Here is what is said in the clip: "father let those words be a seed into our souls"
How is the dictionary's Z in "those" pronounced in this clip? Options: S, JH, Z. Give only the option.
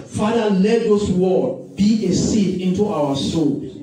S